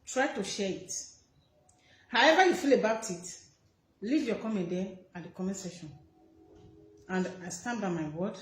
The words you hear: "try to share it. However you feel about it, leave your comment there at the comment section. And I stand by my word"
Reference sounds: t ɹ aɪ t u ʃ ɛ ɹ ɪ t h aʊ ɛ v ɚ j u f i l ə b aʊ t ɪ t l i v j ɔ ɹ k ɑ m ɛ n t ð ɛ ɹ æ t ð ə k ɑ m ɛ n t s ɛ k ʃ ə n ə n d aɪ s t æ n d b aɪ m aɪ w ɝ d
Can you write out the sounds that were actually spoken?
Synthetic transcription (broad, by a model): t ɹ aɪ t u ʃ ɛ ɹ ɪ t h aʊ ɛ v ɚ j u f i l ə b aʊ t ɪ t l i v j ɔ k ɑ m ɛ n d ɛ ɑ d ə k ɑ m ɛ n s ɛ ʃ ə n ə n d aɪ s t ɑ n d b aɪ m aɪ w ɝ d